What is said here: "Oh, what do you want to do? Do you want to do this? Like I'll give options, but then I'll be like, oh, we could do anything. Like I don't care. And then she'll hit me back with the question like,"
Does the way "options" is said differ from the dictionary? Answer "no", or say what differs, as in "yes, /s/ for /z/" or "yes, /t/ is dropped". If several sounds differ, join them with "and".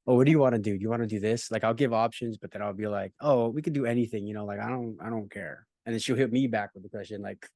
no